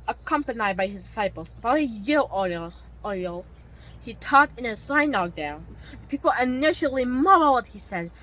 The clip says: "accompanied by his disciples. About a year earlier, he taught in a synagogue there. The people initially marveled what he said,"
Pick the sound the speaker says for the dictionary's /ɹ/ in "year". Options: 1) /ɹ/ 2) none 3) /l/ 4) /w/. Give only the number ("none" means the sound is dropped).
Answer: 3